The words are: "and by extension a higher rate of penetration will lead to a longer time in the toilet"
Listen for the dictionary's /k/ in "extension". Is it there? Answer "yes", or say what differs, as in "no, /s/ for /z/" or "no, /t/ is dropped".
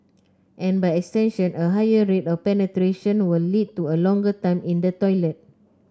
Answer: yes